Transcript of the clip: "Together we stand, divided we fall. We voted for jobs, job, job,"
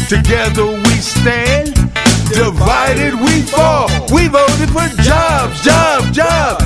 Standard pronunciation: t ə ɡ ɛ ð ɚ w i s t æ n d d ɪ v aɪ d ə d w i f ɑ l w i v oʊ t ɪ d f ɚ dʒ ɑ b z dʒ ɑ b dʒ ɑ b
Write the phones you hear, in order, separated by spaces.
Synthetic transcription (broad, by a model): t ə ɡ ɛ ð ɚ w i s t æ n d d ɪ v aɪ d ə d w i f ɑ w i v oʊ t ɪ d f ɚ dʒ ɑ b dʒ ɑ b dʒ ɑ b